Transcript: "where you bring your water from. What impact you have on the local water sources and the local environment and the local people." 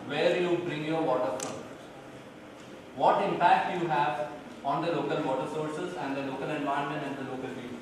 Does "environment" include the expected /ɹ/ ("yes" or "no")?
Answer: no